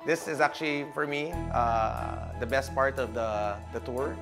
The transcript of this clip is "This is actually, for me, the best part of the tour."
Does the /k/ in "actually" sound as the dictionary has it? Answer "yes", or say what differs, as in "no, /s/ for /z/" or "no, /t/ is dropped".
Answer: yes